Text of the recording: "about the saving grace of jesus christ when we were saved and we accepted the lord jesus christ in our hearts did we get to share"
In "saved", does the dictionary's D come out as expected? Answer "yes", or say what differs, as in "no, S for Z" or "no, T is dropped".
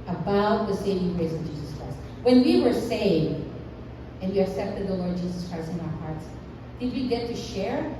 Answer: yes